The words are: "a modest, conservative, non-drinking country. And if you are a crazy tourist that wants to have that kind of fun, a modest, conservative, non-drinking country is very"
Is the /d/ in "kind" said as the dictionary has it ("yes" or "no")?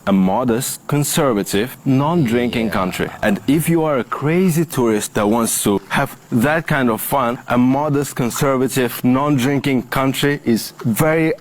yes